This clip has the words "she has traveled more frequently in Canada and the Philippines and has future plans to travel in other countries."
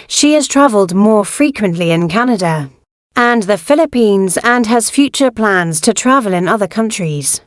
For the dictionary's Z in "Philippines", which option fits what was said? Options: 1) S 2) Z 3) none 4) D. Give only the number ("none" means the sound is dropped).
2